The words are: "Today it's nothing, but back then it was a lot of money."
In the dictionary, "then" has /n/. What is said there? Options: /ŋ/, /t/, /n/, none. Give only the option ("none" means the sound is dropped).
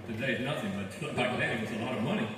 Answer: none